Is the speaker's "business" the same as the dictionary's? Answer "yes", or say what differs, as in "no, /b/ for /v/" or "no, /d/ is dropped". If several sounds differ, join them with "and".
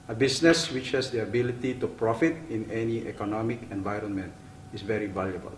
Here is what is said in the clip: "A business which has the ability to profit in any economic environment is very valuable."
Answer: no, /s/ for /z/